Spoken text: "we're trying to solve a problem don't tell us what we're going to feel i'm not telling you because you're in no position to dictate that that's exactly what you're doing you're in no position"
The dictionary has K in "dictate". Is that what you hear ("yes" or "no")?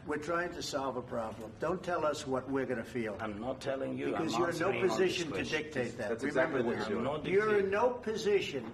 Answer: yes